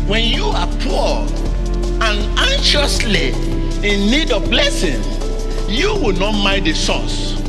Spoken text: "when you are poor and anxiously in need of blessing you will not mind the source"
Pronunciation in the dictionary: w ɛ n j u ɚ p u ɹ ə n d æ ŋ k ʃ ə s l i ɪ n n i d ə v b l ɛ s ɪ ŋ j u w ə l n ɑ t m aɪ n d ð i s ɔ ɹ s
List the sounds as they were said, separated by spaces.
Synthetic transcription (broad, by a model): w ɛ n j u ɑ p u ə n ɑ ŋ ʃ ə s l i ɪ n n i d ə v b l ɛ s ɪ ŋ j u w ə l n ɑ t m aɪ d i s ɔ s